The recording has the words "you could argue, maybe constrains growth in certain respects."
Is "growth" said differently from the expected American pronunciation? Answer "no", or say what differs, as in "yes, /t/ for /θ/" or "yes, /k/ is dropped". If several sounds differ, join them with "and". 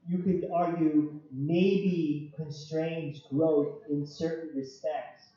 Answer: no